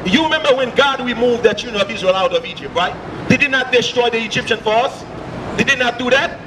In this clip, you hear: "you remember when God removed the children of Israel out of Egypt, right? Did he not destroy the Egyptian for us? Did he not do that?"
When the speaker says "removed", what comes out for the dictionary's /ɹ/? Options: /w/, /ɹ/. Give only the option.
/w/